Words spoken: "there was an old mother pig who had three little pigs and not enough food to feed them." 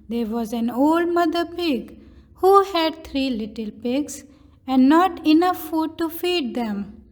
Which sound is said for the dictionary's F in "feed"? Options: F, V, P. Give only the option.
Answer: F